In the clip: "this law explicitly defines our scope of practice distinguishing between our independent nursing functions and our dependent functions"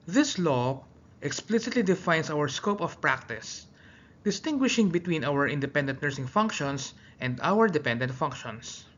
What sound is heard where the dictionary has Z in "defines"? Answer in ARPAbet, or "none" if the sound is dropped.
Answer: S